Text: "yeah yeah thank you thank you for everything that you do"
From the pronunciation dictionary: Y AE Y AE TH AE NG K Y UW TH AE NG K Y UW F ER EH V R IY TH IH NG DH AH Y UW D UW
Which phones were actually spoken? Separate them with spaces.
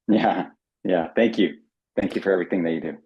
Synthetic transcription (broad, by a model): Y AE Y AE TH AE NG K Y UW TH AE NG K Y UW F ER EH V R IY TH IH NG DH AH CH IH D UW